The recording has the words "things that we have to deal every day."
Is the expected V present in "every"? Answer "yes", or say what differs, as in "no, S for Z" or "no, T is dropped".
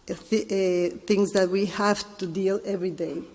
yes